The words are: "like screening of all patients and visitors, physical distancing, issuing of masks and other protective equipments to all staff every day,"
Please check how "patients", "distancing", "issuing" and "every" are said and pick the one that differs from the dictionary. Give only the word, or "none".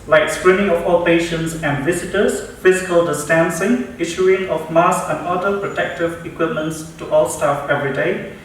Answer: none